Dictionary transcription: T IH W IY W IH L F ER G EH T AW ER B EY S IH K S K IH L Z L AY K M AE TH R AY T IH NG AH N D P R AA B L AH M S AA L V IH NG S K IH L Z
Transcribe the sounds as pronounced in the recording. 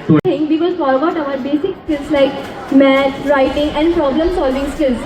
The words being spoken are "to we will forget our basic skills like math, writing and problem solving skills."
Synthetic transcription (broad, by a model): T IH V IY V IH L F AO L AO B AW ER B EY S IH K S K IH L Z L AY K M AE T R AY T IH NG AH N D P R AA B L AH M S AA L V IH NG S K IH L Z